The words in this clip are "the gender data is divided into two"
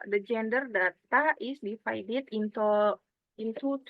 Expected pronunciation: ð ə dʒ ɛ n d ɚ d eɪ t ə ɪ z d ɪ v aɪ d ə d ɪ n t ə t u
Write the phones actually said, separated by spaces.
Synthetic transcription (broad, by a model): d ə dʒ ɛ n d ɚ d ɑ t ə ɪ s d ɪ f aɪ d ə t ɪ n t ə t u